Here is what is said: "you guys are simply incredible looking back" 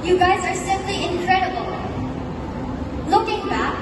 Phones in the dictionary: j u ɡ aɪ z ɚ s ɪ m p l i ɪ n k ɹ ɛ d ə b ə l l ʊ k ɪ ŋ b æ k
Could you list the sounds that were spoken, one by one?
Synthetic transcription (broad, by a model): j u ɡ aɪ z ɚ s ɪ m p l i ɪ n k ɹ ɛ d ə b ə l l ʊ k ɪ ŋ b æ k